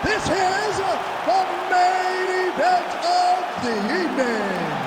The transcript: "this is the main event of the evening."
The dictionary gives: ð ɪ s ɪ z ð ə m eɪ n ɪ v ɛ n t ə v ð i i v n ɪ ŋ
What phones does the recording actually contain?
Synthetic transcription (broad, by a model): ð ɪ s ɪ z ð ə m eɪ n ɪ v ɛ n t ə v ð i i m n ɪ